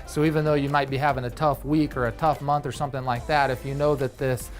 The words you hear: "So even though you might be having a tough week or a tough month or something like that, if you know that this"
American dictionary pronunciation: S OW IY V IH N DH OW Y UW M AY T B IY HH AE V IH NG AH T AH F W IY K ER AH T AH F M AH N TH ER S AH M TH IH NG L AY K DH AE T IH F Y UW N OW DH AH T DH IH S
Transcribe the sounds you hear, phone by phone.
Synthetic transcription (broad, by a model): S OW IY V IH N DH OW Y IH M AY T B IY HH AE V IH NG AH T AH F W IY K ER AH T AH F M AH N TH ER S AH M TH IH NG L AY K DH AE T IH F Y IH N OW DH AH T DH IH S